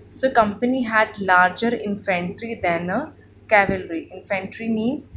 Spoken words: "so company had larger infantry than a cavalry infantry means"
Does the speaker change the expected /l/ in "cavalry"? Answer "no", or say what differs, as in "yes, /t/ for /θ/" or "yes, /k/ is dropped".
no